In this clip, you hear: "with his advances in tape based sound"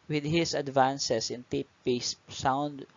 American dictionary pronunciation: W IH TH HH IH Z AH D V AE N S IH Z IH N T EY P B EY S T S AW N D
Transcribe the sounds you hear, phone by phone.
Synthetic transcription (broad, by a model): W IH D HH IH S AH D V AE N S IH S IH N T EY P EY S S AW N D